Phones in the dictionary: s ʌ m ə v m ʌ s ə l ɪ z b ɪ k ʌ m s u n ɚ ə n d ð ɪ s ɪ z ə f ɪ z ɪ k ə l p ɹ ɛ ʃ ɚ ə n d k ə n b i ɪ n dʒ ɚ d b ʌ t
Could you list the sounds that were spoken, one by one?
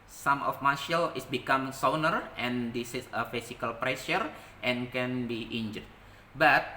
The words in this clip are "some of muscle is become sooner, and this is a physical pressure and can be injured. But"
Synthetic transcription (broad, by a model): s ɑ m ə f m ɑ ʃ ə l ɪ s b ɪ k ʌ m s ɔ n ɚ ə n d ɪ s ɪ s ə f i s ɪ k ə l p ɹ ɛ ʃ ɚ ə n k ə n b i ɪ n dʒ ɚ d b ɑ t